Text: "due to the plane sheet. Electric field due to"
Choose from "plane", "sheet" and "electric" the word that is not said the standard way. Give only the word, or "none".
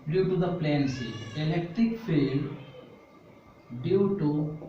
sheet